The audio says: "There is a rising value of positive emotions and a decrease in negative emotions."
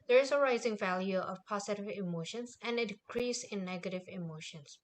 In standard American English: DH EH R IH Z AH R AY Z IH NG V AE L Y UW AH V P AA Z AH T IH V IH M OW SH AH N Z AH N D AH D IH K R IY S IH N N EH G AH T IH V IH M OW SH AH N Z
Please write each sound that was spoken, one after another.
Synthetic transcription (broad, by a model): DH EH R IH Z AH R AY Z IH NG V AE L Y UW AH V P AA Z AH T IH V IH M OW SH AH N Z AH N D AH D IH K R IY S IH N N EH G AH T IH V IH M OW SH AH N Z